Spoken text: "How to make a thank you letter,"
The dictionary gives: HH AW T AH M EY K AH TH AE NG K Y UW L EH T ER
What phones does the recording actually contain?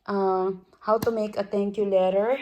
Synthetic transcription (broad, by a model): HH AW T AH M EY K AH T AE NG K Y UW L EH T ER